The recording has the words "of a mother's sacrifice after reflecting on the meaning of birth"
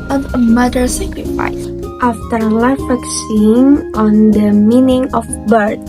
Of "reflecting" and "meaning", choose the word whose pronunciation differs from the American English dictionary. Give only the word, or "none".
reflecting